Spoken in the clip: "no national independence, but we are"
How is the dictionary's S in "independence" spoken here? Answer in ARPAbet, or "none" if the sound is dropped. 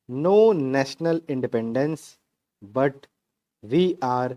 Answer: S